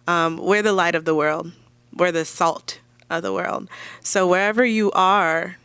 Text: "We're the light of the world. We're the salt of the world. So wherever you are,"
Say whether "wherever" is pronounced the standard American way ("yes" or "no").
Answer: yes